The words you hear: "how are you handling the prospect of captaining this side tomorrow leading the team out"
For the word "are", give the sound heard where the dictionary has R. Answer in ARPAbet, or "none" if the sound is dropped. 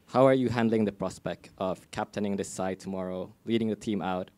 R